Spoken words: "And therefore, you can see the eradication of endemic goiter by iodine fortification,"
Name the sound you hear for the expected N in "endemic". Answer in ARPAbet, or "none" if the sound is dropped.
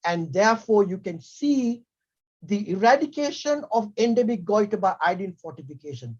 N